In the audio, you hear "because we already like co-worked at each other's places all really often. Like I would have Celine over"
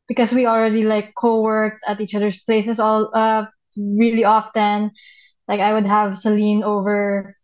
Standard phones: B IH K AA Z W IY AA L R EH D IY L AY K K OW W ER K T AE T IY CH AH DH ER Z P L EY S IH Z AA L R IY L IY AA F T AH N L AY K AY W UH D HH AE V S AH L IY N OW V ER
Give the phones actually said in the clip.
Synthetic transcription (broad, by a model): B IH K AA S W IY AA L R EH D IY L AY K K OW W ER K T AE T IY CH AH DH ER S P L EY S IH S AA L R IY L IY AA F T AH N L AY K AY W UH D HH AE V S AH L IY N OW V ER